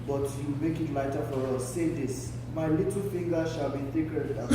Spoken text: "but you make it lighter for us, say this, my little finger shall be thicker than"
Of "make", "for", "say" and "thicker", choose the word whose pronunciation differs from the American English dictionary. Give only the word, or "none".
thicker